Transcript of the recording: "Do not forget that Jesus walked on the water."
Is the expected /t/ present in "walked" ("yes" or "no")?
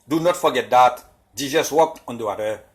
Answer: no